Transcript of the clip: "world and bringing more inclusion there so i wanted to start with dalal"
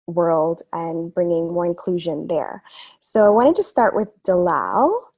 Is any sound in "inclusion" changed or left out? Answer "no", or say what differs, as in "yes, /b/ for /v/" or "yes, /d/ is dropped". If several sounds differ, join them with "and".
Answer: no